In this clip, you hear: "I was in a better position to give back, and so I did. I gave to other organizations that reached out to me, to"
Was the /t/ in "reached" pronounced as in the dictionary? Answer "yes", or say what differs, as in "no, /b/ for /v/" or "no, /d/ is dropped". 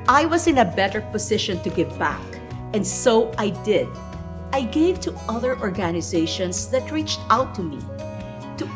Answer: yes